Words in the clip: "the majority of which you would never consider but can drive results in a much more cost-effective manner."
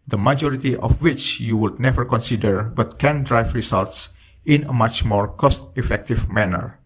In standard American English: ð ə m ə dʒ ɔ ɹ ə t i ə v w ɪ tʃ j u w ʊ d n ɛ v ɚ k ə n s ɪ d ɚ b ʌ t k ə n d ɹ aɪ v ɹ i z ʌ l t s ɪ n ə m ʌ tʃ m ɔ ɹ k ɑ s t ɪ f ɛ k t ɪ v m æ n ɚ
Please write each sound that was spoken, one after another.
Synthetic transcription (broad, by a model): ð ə m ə dʒ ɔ ɹ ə t i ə f w ɪ tʃ j u w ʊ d n ɛ v ɚ k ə n s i d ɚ b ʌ t k ə n d ɹ aɪ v ɹ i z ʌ l t s ɪ n ə m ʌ tʃ m ɔ ɹ k ɑ s t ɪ f ɛ k t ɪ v m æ n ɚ